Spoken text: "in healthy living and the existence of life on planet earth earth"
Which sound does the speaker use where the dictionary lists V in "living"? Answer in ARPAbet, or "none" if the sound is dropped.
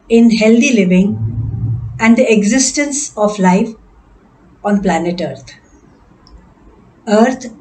V